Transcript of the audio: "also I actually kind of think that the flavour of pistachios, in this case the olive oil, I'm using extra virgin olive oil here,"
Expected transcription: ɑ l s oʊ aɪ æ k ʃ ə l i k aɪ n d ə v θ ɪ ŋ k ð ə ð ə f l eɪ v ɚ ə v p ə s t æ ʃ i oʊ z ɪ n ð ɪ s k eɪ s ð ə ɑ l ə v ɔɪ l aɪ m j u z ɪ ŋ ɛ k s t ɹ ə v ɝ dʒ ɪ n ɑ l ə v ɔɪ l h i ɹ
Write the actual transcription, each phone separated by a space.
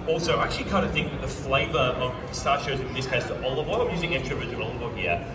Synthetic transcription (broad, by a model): ɑ l s oʊ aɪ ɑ k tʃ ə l i k aɪ n d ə θ ɪ ŋ k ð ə ð ə f l eɪ v ɚ ə v s t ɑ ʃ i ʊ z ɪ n ð ɪ s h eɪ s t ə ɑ l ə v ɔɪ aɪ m j u z ɪ ŋ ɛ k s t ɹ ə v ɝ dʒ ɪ ɑ l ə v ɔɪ n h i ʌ